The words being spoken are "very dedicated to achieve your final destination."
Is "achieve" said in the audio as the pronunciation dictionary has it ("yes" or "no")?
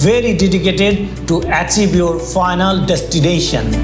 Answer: no